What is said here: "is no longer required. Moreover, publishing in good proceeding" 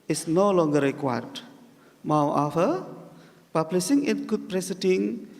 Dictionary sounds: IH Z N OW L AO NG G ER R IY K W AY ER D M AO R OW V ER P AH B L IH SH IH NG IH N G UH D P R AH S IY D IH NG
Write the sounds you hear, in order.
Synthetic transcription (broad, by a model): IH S N OW L AO NG G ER R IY K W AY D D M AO W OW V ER P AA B L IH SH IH NG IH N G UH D P R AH S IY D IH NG